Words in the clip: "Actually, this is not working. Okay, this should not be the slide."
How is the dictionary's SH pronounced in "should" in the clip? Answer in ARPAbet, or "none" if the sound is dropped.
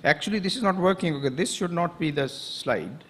SH